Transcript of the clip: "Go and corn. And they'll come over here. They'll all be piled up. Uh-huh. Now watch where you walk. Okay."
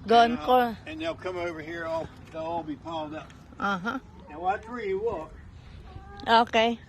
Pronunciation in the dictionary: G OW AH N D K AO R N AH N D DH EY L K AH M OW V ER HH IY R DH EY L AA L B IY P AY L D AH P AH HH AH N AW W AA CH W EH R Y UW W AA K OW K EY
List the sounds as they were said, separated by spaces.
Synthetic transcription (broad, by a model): G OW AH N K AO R AH N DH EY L K AH M OW V ER HH IY R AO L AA L B IY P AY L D AH P AH HH AH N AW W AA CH R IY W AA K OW K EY